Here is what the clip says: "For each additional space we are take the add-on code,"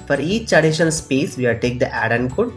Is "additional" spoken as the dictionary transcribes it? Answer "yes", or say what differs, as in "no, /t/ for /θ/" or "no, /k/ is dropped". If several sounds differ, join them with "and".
no, /n/ is dropped